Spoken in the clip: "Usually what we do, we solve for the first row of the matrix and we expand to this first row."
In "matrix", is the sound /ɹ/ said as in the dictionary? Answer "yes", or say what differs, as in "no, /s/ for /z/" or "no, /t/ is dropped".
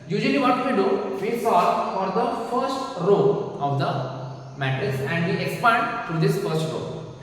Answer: no, /ɹ/ is dropped